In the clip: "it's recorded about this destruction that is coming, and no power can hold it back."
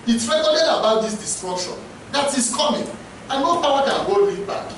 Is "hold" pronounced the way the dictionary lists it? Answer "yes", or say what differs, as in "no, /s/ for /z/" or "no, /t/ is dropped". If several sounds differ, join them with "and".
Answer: no, /d/ is dropped